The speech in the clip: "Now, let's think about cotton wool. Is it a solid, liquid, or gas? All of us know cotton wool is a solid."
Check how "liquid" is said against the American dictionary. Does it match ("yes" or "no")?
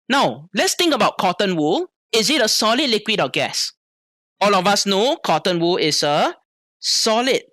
yes